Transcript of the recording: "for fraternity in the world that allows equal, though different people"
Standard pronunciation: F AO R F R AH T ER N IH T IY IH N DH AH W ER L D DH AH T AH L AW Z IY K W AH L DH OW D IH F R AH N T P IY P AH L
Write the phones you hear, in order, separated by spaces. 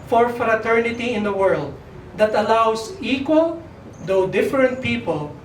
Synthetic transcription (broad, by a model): F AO R F R AH T ER N IH T IY IH N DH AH W ER L D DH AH T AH L AW S IY K W AH L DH OW D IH F R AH N T P IY P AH L